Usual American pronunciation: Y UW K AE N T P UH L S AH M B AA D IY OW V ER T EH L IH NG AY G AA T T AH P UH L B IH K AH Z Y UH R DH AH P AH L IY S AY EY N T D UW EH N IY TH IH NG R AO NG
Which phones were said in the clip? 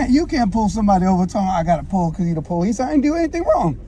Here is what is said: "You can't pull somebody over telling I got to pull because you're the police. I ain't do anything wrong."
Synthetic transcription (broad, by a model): Y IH K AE N P UH L S AH M B AA D IY OW V ER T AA IH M AY G AA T T AH P UH L K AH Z Y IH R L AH P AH L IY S AY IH N D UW EH N IY TH IH NG R AO NG